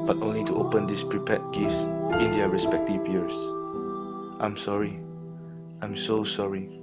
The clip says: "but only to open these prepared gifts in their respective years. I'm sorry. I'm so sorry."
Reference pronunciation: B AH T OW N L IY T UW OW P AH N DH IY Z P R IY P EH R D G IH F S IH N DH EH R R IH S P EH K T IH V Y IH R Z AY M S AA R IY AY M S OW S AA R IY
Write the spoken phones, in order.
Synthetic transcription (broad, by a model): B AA T OW N L IY T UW OW P AH N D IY S P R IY P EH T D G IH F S IH N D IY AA R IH S P EH K T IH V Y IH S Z AY M S AA R IY AY M S OW S AA R IY